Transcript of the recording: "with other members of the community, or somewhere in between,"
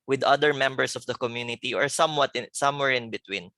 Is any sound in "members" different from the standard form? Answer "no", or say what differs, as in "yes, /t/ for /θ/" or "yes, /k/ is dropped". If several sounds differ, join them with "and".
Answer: yes, /s/ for /z/